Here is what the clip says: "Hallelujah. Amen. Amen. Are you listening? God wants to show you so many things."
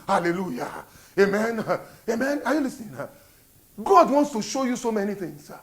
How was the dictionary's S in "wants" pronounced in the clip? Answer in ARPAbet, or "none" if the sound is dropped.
S